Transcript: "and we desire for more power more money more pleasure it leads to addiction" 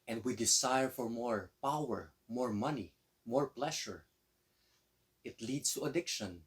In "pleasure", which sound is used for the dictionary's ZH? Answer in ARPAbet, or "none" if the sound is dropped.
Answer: SH